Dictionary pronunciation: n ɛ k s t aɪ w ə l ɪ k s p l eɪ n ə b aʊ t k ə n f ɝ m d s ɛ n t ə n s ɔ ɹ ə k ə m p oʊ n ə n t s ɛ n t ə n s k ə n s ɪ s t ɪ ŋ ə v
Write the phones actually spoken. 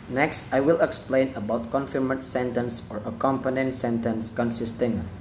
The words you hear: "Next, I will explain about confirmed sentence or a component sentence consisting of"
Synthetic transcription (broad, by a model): n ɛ k s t aɪ w ə l ɪ k s p l eɪ n ə b aʊ t k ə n f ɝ m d s ɛ n t ə n s ɔ ɹ ə k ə m p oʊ n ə n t s ɛ n t ə n s k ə n s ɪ s t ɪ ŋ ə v